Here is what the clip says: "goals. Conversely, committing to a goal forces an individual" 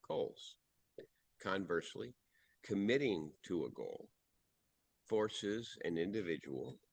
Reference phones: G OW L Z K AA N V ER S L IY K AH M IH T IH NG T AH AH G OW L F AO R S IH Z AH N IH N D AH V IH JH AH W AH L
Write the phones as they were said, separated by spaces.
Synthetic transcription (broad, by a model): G OW L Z K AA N V ER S L IY K AH M IH T IH NG T AH AH G OW L F AO R S IH Z AH N IH N D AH V IH JH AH W L